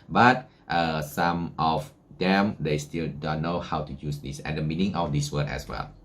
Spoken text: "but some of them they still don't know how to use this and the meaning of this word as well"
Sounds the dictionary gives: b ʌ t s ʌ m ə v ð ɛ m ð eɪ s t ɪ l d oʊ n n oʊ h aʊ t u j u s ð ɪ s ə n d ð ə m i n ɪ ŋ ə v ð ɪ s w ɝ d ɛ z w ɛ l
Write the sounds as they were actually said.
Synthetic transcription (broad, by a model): b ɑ t s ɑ m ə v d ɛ m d eɪ s t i l d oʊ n n oʊ h aʊ t u j u s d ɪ s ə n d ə m i n ɪ ŋ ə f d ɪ s w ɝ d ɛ s w ɛ l